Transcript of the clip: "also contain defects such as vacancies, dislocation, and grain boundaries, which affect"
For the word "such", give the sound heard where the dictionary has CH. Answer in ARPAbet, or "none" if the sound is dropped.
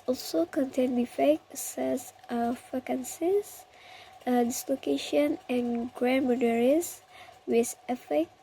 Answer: S